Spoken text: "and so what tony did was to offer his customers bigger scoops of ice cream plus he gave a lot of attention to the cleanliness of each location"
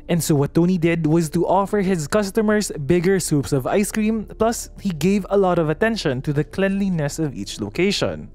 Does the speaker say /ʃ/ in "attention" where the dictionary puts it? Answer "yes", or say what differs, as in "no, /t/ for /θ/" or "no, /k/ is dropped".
yes